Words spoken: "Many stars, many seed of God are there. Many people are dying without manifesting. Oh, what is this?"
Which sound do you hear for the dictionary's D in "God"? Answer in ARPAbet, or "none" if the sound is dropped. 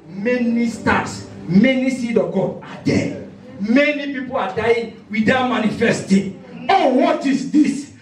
none